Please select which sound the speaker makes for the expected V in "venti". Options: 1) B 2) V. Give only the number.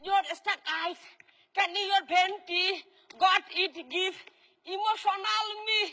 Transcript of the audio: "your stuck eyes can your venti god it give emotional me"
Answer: 1